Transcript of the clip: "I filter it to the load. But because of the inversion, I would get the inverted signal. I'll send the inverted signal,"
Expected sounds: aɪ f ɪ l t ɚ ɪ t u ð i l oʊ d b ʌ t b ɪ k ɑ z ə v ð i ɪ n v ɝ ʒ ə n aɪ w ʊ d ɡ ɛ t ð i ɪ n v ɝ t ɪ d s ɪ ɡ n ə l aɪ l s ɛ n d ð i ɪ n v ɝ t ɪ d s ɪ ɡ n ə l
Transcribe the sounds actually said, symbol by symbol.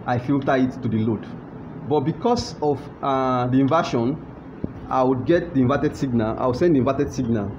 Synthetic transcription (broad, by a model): aɪ f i l t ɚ ɪ t u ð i l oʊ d b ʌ t b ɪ k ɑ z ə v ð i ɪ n v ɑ ʃ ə n aɪ w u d ɡ ɛ t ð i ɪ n v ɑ t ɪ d s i ɡ n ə l aɪ w s ɛ n d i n v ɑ t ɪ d s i ɡ n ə l